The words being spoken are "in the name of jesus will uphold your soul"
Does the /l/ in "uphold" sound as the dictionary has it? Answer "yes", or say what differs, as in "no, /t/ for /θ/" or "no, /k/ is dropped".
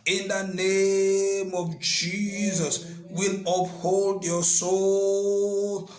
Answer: yes